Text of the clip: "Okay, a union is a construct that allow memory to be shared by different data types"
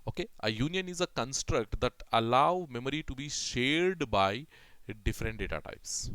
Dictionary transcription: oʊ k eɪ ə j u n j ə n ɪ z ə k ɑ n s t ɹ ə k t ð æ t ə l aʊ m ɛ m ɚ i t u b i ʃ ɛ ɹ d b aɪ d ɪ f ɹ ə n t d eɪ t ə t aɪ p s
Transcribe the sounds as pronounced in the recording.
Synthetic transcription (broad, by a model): oʊ k eɪ ə j u n j ə n ɪ z ə k ɑ n s t ɹ ə k t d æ t ə l aʊ m ɛ m ɚ i t u b i ʃ ɛ ɹ d b aɪ d ɪ f ɹ ə n t d eɪ t ə t aɪ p s